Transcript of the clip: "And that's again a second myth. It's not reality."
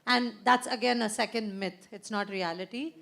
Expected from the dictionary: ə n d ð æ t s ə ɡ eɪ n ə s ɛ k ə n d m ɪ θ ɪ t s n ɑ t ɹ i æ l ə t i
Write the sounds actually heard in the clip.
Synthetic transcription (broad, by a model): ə n d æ t s ə ɡ eɪ n ə s ɛ k ə n d m ɪ t ɪ t s n ɑ t ɹ i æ l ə t i